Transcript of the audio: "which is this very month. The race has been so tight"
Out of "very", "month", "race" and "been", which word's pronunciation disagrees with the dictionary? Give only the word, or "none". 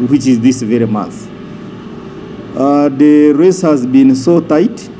month